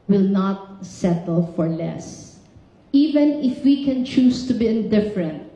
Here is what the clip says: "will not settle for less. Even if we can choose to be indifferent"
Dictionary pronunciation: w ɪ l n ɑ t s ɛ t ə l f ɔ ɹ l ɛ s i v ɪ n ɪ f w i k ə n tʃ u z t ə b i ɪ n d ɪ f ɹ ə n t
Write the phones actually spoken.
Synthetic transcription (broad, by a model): w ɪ l n ɑ t s ɛ t ə l f ɔ ɹ l ɛ s i v ɪ n ɪ f w i k ə n tʃ u s t ə b i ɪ n d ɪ f ɹ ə n t